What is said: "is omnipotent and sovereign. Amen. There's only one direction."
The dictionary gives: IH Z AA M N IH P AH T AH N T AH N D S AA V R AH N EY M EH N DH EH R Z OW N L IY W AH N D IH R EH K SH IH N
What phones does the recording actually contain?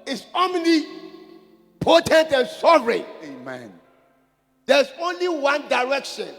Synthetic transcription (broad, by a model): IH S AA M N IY P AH T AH N T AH N S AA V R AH EY M EH N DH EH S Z OW N L IY W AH N D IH R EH K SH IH N